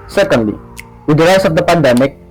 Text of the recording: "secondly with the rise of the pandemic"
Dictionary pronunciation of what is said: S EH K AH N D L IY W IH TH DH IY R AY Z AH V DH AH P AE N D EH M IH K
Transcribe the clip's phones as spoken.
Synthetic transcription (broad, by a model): S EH K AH N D L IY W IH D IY L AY S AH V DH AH P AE N D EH M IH K